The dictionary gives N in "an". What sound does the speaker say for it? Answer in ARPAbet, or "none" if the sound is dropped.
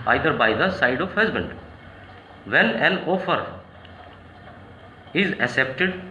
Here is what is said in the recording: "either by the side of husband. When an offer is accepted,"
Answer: L